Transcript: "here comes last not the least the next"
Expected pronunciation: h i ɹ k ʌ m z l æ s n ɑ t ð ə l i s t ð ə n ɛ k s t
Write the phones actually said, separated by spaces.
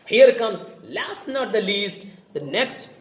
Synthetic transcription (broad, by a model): h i ɹ k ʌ m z l æ s n ɑ t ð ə l i s t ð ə n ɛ k s t